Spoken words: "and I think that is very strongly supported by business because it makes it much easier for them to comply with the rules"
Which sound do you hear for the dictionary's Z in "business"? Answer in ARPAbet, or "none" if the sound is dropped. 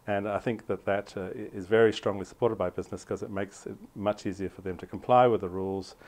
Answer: Z